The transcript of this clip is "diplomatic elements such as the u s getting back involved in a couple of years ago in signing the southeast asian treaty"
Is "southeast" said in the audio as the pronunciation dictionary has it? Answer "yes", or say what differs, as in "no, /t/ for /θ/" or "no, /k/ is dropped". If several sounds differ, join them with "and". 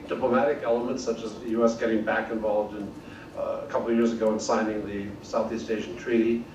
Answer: yes